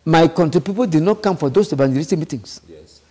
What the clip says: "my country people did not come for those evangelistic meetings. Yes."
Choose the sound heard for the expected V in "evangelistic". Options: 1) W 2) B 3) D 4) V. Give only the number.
2